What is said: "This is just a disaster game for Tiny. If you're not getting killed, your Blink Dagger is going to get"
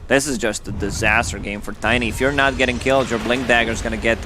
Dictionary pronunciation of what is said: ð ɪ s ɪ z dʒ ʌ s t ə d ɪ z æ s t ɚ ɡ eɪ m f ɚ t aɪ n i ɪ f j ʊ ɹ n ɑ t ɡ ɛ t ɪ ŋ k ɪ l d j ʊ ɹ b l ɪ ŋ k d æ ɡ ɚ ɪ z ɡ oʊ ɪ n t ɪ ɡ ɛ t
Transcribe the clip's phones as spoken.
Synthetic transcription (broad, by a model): ð ɪ s ɪ z dʒ ʌ s t ə d ɪ z æ s t ɚ ɡ eɪ m f ɚ t aɪ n i ɪ f j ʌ ɹ n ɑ t ɡ ɛ t ɪ ŋ k ɪ l d j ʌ ɹ b l ɪ ŋ k d æ ɡ ɚ z ɡ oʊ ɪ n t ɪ ɡ ɛ t